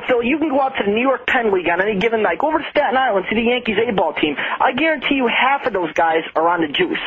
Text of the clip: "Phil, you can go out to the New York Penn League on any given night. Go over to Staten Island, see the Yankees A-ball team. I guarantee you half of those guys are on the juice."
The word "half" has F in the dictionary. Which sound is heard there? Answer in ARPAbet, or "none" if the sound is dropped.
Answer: F